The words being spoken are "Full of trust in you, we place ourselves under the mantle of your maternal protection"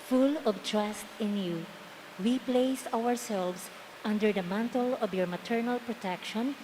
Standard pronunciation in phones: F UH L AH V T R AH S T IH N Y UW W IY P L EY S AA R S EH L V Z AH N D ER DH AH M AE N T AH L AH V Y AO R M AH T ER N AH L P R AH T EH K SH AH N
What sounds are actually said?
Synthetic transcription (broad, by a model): F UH L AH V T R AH S T IH N Y UW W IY P L EY S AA R S EH L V S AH N D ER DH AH M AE N T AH L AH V Y AO R M AH T ER N AH L P R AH T EH K SH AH N